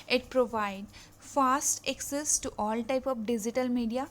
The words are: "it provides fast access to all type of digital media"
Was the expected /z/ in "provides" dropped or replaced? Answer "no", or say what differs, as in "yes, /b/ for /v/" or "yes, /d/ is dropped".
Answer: yes, /z/ is dropped